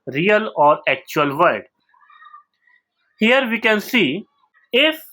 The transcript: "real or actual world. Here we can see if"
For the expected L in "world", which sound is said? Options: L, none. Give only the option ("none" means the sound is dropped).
none